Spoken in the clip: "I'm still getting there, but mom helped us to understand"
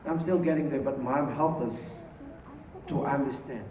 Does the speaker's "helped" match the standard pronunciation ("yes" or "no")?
no